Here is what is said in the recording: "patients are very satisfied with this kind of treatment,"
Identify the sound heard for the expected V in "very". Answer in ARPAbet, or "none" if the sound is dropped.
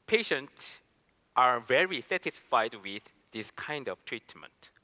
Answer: V